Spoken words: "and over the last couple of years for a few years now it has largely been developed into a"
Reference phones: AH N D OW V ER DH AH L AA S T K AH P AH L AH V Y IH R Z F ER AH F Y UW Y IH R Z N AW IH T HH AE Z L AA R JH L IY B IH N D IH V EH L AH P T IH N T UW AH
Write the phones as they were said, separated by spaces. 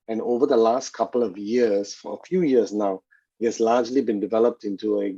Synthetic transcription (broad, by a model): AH N OW V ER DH AH L AA S T K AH P AH L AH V Y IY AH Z F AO AH F Y UW Y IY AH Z N AW IH T HH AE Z L AA JH L IY B IH N D IH V EH L AH P T IH N T UW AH